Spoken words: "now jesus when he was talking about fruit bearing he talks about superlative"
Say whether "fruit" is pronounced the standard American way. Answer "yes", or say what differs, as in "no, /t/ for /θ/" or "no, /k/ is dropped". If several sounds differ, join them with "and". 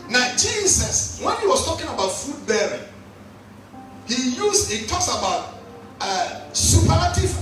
no, /ɹ/ is dropped